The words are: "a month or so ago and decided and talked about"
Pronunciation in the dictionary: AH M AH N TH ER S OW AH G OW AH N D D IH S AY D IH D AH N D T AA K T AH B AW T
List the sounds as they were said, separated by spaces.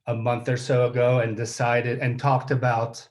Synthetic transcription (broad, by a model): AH M AH N TH ER S OW AH G OW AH N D D IH S AY D IH D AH N T AA K T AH B AW T